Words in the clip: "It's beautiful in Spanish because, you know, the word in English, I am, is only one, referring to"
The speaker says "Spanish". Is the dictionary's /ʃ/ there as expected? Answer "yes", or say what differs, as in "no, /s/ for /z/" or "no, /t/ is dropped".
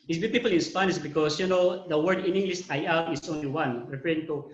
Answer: no, /s/ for /ʃ/